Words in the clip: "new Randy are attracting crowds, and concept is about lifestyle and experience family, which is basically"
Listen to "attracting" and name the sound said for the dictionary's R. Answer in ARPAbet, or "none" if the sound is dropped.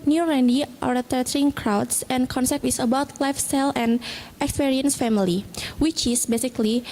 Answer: none